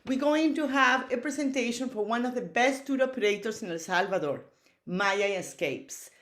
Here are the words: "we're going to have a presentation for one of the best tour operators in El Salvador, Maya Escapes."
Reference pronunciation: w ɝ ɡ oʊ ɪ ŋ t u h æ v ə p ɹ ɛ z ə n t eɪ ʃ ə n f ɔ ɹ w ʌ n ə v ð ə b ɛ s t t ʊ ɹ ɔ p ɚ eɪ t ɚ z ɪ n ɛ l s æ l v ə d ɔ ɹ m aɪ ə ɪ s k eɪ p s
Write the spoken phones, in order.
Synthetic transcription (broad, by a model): w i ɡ oʊ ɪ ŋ t u h æ v ə p ɹ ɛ s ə n t eɪ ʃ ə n f ɔ ɹ w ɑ n ə v ð ə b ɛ s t t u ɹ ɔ p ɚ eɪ t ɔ s ɪ n ɛ l s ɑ l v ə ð ɔ ɹ m aɪ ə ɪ s k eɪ p s